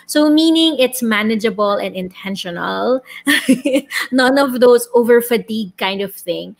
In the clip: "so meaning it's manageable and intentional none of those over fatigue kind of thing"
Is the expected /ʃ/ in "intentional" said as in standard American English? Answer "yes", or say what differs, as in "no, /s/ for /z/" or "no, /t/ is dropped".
yes